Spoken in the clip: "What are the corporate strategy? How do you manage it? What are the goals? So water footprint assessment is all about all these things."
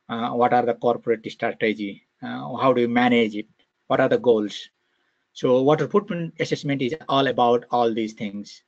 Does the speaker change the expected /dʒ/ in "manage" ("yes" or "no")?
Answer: no